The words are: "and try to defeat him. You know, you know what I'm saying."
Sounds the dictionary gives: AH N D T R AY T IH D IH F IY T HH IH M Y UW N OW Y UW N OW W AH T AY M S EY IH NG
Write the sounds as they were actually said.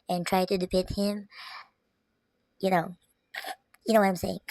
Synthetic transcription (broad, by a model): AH N T R AY T IH D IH P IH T HH IH M Y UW N OW Y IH N OW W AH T AY M S EY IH NG